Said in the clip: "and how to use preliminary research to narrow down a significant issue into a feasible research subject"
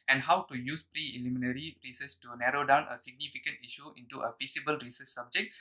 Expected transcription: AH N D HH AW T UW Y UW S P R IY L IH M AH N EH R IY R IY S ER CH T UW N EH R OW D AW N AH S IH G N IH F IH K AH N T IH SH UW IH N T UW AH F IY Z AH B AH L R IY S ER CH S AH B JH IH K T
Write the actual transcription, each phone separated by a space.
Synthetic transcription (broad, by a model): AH N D HH AW T UW Y UW S P R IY L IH M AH N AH R IY R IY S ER S T UW N EH R OW D AW N AH S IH G N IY F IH K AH N T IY SH UW IH N T UW AH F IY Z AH B AH L R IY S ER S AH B JH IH K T